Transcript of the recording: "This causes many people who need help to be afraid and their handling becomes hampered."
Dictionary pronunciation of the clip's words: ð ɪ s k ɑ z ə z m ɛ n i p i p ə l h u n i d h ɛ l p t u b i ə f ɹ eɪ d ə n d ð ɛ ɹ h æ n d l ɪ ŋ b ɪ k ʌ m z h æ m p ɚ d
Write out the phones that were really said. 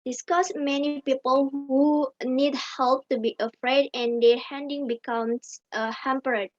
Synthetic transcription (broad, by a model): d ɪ s k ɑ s m ɛ n i p i p ə l h u n i d h ɛ l p t u b i ə f ɹ eɪ d ə n d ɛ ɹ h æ n d ɪ ŋ b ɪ k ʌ m s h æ m p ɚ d